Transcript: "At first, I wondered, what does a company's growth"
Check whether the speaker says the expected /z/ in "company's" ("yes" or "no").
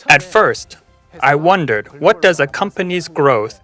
yes